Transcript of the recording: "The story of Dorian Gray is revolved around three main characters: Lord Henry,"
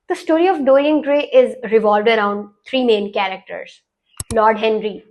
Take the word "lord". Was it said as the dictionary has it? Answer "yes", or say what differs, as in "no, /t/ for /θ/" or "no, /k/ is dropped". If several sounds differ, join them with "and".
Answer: yes